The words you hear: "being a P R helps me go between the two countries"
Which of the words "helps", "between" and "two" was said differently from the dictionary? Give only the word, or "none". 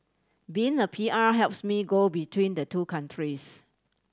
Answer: none